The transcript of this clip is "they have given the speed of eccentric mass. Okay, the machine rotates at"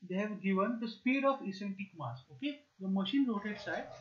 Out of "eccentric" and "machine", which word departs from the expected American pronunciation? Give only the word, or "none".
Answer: eccentric